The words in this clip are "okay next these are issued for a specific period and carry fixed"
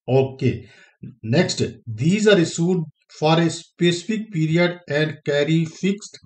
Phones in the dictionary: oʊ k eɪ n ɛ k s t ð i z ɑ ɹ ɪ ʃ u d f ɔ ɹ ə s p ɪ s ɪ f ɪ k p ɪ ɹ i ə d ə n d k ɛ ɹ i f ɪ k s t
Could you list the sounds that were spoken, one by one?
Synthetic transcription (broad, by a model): oʊ k eɪ n ɛ k s t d i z ɑ ɹ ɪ s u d f ɔ ɹ ə s p ɪ s ɪ f ɪ k p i ɹ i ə d ə n d k ɛ ɹ i f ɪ k s t